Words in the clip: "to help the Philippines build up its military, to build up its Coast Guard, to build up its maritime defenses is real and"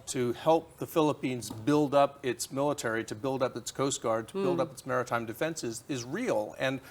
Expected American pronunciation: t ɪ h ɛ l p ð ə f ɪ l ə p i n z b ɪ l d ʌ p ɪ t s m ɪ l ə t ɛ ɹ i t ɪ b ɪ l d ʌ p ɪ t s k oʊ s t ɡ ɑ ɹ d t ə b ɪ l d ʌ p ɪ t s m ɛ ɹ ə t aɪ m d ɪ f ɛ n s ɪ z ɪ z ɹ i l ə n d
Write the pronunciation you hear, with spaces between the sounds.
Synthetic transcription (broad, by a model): t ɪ h ɛ l p ð ə f ɪ l ə p i n z b ɪ l d ʌ p ɪ t s m ɪ l ə t ɛ ɹ i t ɪ b ɪ l d ʌ p ɪ t s k oʊ s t ɡ ɑ ɹ d t ə b ɪ l d ʌ p ɪ t s m ɛ ɹ ə t aɪ m d ɪ f ɛ n s ɪ z ɪ z ɹ i l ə n